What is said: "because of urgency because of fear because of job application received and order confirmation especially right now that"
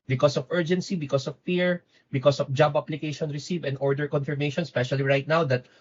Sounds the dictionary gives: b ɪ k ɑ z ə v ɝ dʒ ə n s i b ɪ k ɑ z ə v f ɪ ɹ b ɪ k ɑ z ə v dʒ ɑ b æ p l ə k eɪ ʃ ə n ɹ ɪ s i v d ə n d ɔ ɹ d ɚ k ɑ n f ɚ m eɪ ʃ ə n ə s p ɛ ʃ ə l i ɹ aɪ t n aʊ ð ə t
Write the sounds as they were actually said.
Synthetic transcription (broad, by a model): b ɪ k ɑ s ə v ɝ dʒ ə n s i b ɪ k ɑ s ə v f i ɹ b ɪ k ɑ s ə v dʒ ɑ b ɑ p l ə k eɪ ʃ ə n ɹ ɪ s i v ə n ɔ ɹ d ɚ k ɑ n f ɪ m eɪ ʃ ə n s p ɛ ʃ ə l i ɹ aɪ t n aʊ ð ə t